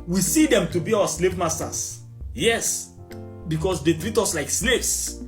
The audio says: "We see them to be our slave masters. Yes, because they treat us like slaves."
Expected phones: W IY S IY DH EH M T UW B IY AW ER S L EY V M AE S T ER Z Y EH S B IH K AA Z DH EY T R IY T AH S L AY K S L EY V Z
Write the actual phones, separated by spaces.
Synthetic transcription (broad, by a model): W IY S IY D EH M T UW B IY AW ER S L EY V M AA S T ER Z Y EH S B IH K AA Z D EY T R IY T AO S L AY K S L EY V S